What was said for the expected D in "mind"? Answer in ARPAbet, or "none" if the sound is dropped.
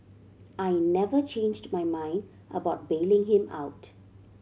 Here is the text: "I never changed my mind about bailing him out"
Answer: D